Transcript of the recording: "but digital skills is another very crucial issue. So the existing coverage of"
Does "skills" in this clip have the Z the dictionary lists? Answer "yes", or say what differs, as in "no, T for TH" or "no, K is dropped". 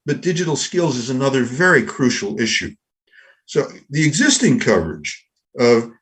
yes